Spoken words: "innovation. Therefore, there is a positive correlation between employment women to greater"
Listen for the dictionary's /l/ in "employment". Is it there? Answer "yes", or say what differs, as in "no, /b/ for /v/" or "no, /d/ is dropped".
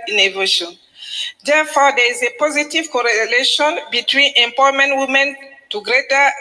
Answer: no, /l/ is dropped